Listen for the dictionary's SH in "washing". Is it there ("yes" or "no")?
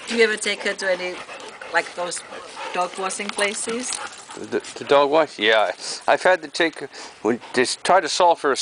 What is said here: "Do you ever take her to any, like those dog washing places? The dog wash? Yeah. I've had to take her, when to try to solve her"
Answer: no